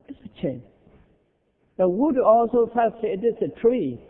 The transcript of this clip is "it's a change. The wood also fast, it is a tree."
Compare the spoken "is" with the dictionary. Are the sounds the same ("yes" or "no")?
no